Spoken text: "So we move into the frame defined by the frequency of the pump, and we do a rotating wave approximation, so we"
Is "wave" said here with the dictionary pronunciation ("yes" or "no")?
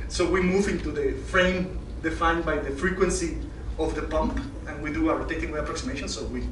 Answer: no